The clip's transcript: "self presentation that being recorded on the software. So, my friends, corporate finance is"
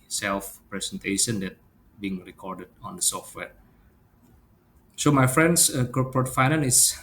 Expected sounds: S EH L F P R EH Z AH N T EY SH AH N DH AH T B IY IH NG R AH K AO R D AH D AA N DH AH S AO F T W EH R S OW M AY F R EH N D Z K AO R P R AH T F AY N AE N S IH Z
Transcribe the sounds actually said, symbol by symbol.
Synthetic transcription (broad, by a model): S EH L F P R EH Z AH N T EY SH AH N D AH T B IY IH NG R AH K AO R D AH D AA N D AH S AO F T W EH R S OW M AY F R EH N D S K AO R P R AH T F AY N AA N IH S